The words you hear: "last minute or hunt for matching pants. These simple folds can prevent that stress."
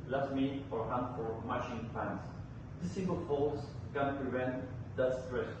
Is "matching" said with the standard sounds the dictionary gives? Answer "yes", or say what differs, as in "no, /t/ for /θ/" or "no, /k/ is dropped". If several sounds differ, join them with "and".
no, /ʃ/ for /tʃ/